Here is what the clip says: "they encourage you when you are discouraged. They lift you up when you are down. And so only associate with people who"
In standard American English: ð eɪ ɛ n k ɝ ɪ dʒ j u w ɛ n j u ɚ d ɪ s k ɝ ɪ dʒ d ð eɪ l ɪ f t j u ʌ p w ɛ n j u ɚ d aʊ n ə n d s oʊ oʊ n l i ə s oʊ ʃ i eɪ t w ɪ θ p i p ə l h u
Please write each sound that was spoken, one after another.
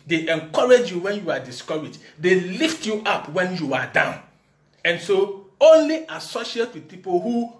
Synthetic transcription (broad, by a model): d eɪ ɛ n k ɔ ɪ dʒ j u w ɛ n j u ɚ d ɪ s k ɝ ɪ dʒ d eɪ l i f t j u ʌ p w ɛ n j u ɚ d aʊ n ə n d s oʊ oʊ n l i ə s oʊ ʃ i eɪ t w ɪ p i p ə l h u